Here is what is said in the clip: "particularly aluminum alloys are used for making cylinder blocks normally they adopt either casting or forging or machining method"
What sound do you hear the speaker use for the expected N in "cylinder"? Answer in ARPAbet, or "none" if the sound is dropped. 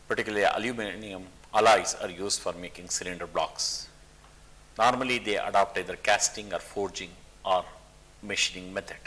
N